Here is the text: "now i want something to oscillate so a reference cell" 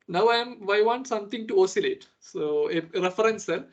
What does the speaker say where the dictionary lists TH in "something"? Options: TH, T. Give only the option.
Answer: T